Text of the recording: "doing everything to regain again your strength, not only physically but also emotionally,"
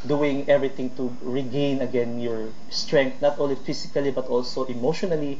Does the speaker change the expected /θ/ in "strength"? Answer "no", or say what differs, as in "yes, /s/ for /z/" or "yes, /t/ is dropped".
yes, /t/ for /θ/